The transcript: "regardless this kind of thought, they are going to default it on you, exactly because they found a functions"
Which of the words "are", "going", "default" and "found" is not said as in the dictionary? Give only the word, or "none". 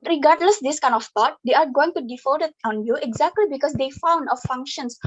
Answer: default